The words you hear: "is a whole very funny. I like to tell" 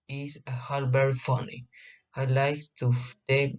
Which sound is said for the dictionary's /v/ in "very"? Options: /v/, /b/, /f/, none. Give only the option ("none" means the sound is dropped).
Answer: /b/